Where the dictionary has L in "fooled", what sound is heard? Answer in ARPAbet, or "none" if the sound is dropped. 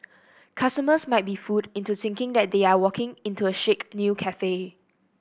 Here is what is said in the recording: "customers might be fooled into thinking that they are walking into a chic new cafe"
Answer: none